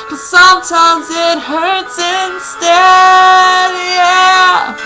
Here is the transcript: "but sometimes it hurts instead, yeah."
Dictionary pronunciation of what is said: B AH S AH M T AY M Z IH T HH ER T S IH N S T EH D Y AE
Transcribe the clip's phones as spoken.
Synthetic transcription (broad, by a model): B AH S AH M T AY M Z IH T HH ER T S IH N S T EH D Y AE